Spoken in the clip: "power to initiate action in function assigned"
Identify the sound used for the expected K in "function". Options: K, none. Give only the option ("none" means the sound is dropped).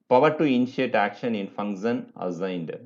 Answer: none